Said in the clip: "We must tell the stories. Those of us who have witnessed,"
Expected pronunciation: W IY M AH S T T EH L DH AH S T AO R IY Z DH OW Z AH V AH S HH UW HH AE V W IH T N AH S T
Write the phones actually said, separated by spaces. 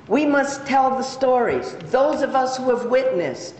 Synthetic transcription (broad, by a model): W IY M AH S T T EH L DH AH S T AO R IY Z DH OW Z AH V AH S HH UW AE V W IH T N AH S T